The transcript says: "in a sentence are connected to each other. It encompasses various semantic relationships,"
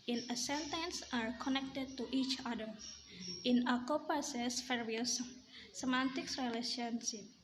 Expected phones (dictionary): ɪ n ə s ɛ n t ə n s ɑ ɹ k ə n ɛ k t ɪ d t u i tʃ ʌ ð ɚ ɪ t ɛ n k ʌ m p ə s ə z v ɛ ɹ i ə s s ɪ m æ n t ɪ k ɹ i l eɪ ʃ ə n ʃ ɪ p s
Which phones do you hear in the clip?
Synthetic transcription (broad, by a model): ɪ n ə s ɛ n t ə n s ɑ ɹ k ə n ɛ k t ɪ d t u i tʃ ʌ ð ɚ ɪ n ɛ k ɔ p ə s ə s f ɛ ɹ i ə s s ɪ m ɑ n t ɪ k ɹ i l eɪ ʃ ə n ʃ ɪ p